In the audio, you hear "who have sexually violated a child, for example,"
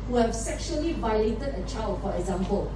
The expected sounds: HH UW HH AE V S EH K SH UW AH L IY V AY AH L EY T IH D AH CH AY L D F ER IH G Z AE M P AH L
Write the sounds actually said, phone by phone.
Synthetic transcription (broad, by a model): HH UW HH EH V S EH K SH UW AH L IY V AY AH L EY T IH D AH CH AY L D F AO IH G Z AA M P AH L